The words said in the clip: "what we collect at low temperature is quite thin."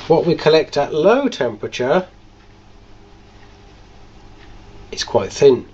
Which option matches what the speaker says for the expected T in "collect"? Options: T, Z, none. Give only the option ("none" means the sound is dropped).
T